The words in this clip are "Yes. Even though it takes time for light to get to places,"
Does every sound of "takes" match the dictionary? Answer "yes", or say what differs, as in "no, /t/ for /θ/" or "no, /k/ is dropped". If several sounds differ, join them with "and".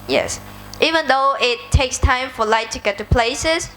yes